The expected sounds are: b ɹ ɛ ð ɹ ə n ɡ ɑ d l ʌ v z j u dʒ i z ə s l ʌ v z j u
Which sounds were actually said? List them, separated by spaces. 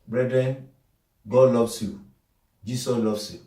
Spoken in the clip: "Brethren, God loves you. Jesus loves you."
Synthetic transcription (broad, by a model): b ɹ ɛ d ɹ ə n ɡ ɑ d l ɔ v s j u dʒ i s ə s l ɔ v s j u